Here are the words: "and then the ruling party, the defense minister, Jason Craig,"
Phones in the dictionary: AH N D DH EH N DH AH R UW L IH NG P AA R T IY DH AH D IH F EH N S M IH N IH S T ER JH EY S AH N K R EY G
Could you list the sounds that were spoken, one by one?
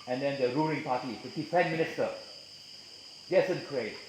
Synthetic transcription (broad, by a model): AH N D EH N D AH R UW L IH NG P AA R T IY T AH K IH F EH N M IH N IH S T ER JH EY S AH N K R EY